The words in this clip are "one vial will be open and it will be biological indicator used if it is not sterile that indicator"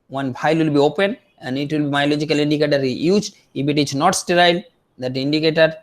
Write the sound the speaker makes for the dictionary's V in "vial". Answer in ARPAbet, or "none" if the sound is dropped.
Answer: B